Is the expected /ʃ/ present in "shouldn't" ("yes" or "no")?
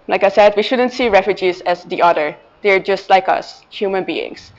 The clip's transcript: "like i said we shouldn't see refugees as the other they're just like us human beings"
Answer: yes